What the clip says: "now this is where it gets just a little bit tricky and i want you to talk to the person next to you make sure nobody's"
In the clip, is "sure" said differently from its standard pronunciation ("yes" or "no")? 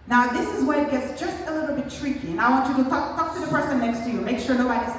no